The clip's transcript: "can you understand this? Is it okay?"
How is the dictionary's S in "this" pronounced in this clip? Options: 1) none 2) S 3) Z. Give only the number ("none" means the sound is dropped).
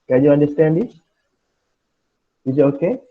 1